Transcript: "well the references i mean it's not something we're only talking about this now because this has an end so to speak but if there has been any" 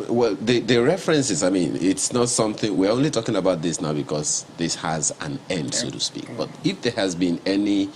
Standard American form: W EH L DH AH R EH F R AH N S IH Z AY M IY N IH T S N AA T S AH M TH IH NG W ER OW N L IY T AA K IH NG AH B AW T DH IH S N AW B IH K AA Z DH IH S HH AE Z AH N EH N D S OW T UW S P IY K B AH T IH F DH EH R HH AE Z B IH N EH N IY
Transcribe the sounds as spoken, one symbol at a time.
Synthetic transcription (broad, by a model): W EH L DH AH R EH F R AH N S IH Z AY M IY N IH T S N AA T S AH M TH IH NG W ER OW N L IY T AA K IH NG AH B AW T DH IH S N AW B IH K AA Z DH IH S HH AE Z AH N EH N D S OW T UW S P IY K B AH T IH F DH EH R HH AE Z B IH N EH N IY